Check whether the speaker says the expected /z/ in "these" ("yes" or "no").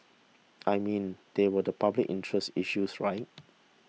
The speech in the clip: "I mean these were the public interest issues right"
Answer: no